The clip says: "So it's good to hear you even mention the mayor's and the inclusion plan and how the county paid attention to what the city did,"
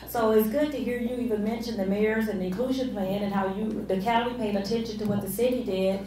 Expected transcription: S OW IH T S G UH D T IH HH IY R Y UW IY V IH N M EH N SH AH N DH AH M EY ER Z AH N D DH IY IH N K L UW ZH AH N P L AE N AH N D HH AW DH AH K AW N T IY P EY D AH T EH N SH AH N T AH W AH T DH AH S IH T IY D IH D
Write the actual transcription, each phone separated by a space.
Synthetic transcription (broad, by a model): S OW IH T S G UH D T IH HH IY R Y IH IY V IH N M EH N SH AH N DH AH M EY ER Z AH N DH IY IH N K L UW ZH AH N P L AE N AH N HH AW DH AH K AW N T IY P EY D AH T EH N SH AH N T AH W AH T DH AH S IH T IY D IH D